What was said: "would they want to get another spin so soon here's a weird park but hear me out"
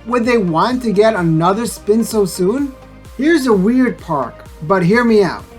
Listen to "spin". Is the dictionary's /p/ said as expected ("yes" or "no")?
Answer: yes